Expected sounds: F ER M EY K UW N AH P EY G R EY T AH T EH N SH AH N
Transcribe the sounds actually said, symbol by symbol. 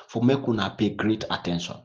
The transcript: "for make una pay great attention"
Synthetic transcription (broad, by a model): F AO M EY K UW N AH P EY G R EY T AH T EH N SH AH N